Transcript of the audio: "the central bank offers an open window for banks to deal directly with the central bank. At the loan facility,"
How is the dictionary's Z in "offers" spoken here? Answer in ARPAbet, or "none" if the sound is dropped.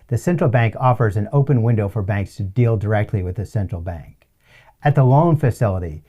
Z